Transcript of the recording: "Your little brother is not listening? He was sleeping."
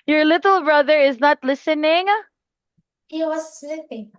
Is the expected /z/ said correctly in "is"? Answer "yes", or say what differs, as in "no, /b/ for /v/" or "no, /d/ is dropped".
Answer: yes